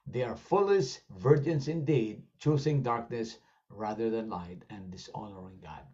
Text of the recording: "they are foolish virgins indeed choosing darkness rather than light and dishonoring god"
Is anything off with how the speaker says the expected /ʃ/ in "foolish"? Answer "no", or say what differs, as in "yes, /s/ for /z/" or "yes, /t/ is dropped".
yes, /s/ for /ʃ/